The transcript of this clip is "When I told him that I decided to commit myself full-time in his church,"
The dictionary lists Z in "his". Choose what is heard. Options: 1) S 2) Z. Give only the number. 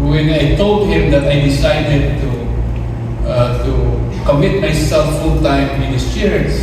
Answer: 1